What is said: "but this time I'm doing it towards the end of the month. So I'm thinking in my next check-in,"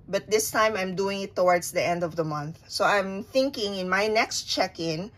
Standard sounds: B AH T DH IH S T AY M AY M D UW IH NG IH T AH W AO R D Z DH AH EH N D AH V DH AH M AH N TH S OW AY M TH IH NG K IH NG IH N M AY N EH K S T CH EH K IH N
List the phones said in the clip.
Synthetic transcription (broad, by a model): B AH T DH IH S T AY M AY M D UW IH NG IH T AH W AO R D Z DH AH EH N D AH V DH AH M AH N TH S OW AY M TH IH NG K IH NG IH N M AY N EH K S T CH EH K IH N